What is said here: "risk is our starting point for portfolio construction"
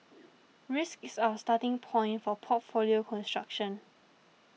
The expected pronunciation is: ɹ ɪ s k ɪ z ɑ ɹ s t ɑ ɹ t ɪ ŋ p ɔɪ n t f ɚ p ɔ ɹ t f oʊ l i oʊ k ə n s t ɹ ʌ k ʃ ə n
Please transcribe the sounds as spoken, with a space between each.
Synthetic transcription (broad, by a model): ɹ ɪ s k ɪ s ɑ s t ɑ t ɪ ŋ p ɔɪ n t f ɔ p ɔ t f oʊ l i oʊ k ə n s t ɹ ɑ k ʃ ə n